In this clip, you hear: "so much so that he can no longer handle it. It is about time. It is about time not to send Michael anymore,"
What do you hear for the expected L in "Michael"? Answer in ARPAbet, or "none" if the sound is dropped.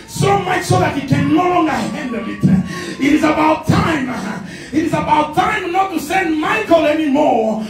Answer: L